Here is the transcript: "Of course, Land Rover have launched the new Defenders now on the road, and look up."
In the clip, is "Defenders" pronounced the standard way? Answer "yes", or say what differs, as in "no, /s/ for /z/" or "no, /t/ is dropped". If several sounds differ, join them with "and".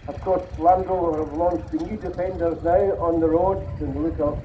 yes